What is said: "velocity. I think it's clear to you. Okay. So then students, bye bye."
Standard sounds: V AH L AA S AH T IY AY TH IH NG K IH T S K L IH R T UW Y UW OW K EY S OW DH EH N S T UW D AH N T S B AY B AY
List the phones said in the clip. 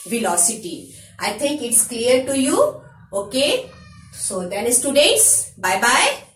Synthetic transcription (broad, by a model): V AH L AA S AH T IY AY T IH NG K IH T S K L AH R T UW Y UW OW K EY S OW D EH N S T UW D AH T S B AY B AY